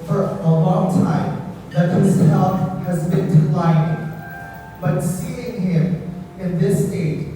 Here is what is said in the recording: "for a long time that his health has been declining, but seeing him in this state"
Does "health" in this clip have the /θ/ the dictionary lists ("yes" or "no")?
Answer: no